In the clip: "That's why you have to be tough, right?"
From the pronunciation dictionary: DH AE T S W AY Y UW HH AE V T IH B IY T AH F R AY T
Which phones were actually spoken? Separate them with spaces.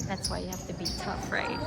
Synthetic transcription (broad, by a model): DH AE T S W AY Y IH HH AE F T IH B IY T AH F R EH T